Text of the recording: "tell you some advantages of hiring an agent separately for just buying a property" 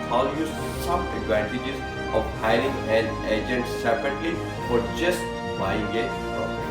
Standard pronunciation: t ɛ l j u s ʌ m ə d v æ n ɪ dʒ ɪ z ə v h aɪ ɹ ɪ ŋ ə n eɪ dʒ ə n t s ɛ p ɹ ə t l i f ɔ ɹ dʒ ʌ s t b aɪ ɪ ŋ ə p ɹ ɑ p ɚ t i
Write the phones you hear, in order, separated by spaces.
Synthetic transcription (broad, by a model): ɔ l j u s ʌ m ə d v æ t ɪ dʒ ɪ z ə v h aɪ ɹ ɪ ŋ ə l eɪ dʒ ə n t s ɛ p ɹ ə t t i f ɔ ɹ dʒ ʌ s t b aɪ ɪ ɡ ə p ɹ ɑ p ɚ